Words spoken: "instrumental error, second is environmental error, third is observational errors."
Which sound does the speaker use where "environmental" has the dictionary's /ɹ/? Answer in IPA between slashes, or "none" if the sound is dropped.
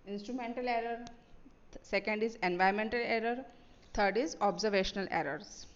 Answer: none